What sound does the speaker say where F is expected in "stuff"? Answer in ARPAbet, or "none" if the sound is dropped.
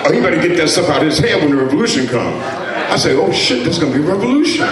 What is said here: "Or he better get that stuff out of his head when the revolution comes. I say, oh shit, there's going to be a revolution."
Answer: P